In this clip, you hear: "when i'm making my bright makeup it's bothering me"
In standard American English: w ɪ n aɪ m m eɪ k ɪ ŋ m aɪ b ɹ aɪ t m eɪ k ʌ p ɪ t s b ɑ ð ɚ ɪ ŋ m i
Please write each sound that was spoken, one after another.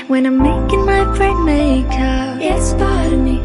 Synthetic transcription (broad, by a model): w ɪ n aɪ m m eɪ k ɪ ŋ m aɪ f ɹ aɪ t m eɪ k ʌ ɪ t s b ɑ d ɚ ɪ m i